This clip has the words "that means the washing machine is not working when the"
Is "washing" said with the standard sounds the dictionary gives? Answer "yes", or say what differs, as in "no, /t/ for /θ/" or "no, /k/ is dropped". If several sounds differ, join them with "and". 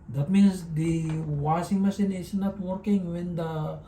no, /s/ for /ʃ/